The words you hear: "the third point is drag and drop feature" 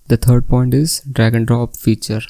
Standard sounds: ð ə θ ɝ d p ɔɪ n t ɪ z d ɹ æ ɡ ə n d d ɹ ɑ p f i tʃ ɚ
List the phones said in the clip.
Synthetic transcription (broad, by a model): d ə t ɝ d p ɔɪ n t ɪ z d ɹ æ ɡ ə n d d ɹ ɑ p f i tʃ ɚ